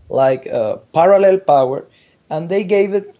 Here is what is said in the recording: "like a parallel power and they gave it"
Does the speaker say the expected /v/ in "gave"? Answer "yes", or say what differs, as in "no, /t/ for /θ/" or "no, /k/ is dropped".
yes